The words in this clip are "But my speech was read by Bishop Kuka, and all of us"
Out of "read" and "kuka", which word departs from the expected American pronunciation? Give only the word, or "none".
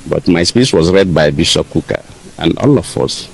none